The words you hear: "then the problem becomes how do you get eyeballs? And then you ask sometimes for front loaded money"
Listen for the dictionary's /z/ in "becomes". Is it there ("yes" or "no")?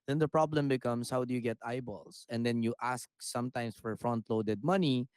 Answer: no